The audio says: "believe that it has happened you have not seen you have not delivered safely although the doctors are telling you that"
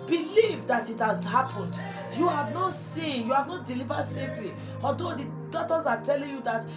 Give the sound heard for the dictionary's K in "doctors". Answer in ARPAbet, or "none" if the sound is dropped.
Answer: none